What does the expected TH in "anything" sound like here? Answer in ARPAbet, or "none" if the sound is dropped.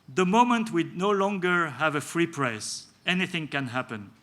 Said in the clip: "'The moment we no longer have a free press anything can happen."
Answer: TH